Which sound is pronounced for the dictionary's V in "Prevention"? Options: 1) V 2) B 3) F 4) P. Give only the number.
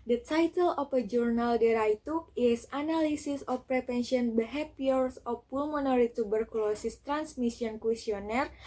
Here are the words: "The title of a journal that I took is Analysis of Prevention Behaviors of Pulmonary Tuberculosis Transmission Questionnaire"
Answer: 4